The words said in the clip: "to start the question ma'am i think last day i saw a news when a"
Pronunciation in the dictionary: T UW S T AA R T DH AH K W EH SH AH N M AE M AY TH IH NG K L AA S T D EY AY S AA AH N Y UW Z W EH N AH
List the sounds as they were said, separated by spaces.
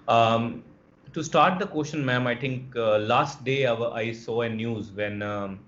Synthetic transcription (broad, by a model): T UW S T AA R T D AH K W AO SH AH N M AE M AY T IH NG K L AA S T D EY AY S AA AH N Y UW Z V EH N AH